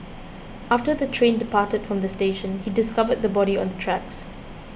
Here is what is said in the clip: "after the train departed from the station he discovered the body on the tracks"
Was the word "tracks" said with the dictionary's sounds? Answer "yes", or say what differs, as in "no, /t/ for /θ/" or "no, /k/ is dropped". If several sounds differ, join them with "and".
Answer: yes